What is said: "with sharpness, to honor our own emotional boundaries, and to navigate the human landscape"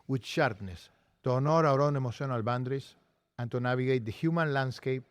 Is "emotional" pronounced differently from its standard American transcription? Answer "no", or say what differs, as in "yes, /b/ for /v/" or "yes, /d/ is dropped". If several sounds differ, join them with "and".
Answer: yes, /s/ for /ʃ/